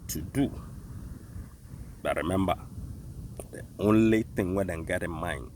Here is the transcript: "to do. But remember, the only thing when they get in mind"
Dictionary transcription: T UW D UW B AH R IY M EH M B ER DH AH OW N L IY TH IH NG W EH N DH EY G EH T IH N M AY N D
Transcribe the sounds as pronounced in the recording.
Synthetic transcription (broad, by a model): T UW D UW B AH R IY M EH M B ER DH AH OW N L IY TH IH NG W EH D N G EH T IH M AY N